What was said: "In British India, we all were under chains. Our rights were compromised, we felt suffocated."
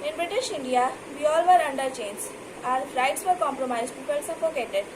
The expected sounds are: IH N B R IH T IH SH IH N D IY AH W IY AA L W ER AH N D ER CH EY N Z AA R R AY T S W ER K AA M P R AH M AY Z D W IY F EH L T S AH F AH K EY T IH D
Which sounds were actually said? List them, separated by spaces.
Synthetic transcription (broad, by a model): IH N B R IH T IH SH IH N D IY AH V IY AA L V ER AH N D ER CH EY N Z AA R R AY T S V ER K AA M P R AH M AY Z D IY P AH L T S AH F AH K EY T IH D